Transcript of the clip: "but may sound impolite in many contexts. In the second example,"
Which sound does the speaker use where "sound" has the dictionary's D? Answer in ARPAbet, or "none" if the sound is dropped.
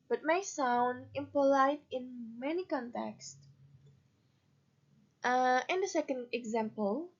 D